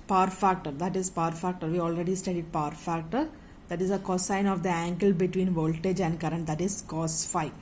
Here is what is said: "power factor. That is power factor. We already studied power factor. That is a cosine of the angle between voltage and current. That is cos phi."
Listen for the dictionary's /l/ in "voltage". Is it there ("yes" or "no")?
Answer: yes